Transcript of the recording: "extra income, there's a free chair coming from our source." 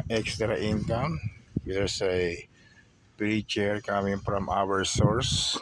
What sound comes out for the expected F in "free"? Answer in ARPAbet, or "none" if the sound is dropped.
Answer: P